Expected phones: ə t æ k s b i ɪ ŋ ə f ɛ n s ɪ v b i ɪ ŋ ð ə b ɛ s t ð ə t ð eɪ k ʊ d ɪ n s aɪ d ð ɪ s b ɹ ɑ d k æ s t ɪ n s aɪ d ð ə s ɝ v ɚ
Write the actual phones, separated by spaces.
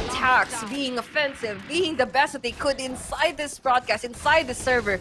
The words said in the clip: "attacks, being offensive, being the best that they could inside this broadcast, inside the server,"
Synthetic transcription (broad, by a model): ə t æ k s b i ɪ ŋ ə f ɛ n s ɪ v b i ɪ ŋ ð ə b ɛ s t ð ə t ð eɪ k ʊ d ɪ n s aɪ d ð ɪ s b ɹ ɑ d k æ s t ɪ n s aɪ d ð ə s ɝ v ɚ